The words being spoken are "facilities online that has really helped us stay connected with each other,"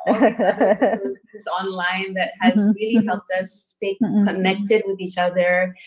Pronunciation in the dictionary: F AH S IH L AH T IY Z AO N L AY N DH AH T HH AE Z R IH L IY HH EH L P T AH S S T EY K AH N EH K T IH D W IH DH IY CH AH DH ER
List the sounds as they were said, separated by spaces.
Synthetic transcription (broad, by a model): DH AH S AO N L AY N DH AH T HH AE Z R IH L IY HH EH L P T AH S S T EY K AH N EH K T IH D W IH DH IY CH AH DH ER